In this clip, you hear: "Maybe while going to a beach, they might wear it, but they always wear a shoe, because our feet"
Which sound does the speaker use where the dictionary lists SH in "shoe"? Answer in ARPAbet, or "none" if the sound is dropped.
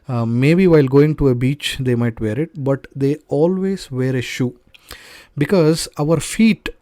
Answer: SH